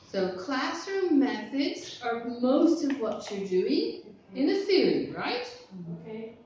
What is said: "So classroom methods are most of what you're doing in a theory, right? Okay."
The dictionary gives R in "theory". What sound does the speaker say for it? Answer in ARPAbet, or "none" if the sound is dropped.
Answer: L